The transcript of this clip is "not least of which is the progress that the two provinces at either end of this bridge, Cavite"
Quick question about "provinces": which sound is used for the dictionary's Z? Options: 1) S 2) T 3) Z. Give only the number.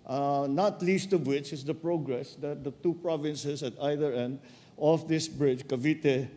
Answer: 1